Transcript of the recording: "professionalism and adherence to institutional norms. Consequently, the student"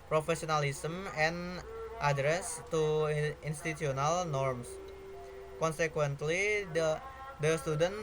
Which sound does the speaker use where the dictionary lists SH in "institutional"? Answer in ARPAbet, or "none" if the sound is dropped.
none